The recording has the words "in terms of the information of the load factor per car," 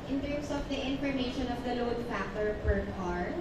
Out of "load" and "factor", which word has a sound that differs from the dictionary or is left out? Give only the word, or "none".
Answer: factor